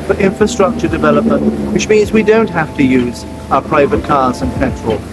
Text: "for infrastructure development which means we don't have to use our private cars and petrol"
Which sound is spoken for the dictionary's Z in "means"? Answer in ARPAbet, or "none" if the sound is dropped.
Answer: Z